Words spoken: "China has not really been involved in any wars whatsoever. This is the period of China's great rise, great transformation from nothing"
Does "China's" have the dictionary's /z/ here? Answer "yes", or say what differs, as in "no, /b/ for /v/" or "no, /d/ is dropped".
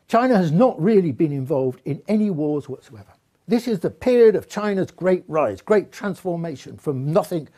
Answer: yes